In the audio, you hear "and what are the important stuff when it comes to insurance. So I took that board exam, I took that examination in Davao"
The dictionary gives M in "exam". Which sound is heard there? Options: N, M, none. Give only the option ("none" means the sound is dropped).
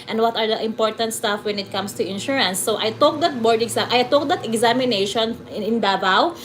none